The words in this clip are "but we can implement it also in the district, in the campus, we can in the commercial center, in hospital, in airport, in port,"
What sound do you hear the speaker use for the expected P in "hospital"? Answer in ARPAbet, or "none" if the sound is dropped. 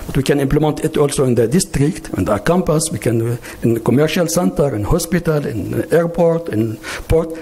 P